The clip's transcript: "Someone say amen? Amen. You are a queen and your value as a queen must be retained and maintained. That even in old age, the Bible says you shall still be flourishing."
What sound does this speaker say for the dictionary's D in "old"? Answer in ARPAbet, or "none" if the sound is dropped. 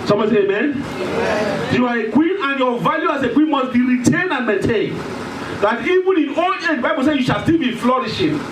none